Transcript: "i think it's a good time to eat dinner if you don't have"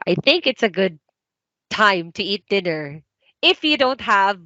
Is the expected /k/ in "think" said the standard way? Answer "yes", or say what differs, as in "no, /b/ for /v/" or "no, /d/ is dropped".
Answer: yes